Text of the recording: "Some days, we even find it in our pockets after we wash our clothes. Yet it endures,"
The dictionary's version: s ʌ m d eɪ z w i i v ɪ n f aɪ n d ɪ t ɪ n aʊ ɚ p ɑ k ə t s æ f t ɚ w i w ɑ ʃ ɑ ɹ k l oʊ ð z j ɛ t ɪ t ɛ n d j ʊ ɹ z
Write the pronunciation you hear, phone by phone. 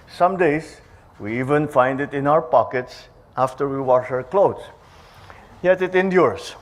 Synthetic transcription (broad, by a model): s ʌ m d eɪ s w i i v ɪ n f aɪ n d ɪ t ɪ n aʊ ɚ p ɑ k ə t s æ f t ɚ w i w ɑ ʃ ɑ ɹ k l oʊ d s j ɛ t ɪ t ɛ n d j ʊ ɹ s